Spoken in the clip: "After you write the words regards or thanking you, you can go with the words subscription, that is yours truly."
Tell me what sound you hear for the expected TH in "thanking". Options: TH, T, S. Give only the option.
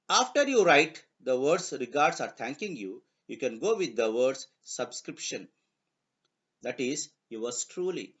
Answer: T